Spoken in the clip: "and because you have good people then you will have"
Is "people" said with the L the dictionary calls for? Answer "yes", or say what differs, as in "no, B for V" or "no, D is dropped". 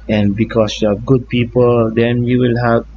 yes